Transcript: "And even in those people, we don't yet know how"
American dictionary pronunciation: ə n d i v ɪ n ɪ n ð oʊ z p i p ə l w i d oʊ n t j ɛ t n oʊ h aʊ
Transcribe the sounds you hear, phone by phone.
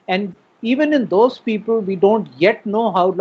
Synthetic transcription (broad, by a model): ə n d i v ɪ n ɪ n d oʊ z p i p ə l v i d oʊ n t j ɛ t n oʊ h aʊ